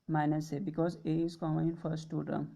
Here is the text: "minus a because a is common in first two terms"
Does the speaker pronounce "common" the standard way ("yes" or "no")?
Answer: no